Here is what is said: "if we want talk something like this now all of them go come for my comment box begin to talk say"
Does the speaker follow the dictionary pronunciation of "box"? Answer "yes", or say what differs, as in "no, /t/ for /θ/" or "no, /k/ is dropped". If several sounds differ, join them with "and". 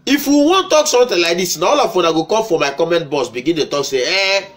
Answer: no, /k/ is dropped